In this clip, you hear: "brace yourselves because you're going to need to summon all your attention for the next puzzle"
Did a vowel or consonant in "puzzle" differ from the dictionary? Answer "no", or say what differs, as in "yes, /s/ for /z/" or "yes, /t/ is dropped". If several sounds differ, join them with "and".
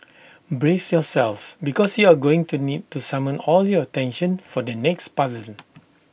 yes, /n/ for /l/